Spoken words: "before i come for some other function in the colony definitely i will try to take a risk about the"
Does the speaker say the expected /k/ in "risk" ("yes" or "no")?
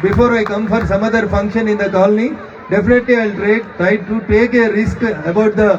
yes